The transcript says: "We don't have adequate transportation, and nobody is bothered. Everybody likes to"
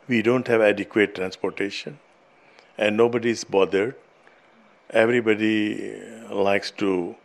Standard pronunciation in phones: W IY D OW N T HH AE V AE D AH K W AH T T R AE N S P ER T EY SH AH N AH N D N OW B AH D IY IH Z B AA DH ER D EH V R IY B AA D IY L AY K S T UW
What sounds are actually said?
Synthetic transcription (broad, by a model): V IY D OW N T HH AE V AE D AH K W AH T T R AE N S P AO T EY SH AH N AH N D N OW B AH D IY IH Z B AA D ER D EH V R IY B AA D IY L AY K S T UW